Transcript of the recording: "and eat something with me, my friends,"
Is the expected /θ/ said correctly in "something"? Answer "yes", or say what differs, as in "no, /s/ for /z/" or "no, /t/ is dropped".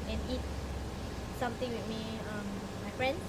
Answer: no, /t/ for /θ/